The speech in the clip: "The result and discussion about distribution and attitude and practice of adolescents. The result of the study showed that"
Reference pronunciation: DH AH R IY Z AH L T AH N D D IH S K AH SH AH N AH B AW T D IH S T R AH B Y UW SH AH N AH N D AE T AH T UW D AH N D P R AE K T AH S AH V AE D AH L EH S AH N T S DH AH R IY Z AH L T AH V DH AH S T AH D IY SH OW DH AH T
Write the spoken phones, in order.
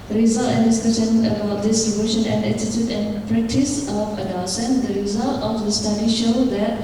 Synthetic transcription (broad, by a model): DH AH R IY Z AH L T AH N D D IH S K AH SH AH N AH B AW T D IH S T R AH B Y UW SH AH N AH N D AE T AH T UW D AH N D P R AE K T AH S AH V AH N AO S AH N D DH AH R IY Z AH L T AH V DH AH S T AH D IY SH OW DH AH T